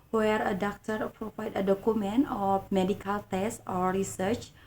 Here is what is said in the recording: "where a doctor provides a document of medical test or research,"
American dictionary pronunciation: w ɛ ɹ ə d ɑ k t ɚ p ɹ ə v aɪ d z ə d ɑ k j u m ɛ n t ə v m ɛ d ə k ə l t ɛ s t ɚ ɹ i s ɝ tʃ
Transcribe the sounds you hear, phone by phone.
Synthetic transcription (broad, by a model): w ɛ ɹ ə d ɑ k t ɚ p ɹ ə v aɪ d ə d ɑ k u m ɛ n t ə f m ɛ d ə k ə l t ɛ s t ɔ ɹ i s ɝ tʃ